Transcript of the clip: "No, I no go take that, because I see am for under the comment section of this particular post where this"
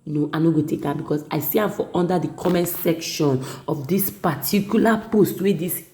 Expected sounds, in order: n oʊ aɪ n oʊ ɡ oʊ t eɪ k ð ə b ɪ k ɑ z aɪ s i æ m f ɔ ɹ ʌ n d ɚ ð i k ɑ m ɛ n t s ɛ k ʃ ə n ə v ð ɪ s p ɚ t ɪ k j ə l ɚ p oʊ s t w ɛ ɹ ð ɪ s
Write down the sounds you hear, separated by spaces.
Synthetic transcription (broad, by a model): n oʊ aɪ n oʊ ɡ oʊ t eɪ k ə b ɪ k ɑ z aɪ s i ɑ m f ɔ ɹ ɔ n d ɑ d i k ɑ m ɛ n s ɛ k ʃ ə n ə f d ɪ s p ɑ t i k j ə l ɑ p oʊ s t w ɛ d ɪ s